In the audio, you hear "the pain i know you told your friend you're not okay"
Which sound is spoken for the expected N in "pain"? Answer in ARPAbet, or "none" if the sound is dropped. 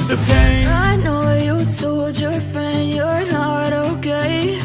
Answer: none